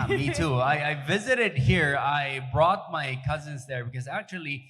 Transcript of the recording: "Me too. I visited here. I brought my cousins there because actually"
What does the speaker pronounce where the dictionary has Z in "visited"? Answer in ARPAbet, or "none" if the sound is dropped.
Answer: Z